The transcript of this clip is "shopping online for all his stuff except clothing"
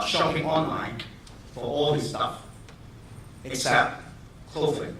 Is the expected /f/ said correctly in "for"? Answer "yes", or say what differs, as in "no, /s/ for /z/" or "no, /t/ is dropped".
yes